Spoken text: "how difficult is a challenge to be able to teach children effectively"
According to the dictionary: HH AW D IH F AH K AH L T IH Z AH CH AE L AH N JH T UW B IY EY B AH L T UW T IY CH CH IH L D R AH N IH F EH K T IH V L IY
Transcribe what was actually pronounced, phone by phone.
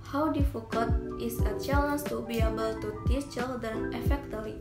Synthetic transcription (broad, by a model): HH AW D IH F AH K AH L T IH S AH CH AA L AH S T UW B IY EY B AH L T UW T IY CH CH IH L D AH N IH F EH K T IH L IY